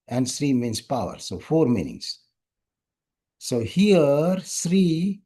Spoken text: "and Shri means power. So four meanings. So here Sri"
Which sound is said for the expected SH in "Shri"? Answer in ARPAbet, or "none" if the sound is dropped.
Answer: S